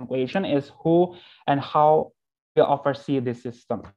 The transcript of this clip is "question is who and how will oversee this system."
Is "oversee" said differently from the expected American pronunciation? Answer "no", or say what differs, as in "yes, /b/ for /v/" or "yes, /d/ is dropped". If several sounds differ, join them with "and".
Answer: yes, /f/ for /v/